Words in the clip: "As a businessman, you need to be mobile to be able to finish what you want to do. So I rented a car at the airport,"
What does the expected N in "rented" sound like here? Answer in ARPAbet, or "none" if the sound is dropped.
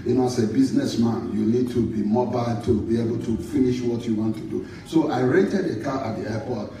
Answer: none